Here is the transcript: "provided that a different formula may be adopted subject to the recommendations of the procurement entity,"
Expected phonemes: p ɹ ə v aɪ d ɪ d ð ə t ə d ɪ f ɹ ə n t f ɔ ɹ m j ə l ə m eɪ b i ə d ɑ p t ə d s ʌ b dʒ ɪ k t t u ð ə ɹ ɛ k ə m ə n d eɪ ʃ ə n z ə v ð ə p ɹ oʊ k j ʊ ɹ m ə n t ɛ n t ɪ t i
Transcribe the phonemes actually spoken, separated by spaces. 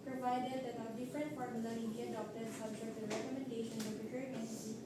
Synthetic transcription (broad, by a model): p ɹ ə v aɪ d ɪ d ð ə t ə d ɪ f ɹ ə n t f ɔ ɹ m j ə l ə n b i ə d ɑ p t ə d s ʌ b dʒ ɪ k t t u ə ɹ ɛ k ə m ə n d eɪ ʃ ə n ə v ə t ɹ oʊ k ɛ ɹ ə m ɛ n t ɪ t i